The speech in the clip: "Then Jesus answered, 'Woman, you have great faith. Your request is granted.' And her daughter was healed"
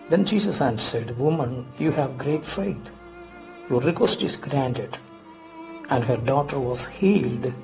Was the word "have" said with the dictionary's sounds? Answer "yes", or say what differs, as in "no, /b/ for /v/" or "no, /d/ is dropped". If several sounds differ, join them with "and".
yes